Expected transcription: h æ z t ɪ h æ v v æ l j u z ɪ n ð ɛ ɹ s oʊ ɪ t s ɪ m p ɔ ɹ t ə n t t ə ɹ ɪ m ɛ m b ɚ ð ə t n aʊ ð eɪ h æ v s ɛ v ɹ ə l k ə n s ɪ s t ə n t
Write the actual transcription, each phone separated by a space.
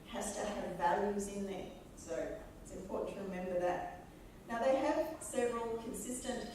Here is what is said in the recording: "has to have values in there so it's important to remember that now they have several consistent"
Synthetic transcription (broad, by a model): h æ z t ɪ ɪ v v æ l j u z ɪ n ð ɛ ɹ s oʊ ɪ t s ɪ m p ɔ ɹ t n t t ə ɹ ɪ m ɛ m b ɚ ð ə t n aʊ ð eɪ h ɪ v s ɛ v ɹ ə l k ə n s ɪ s t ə n t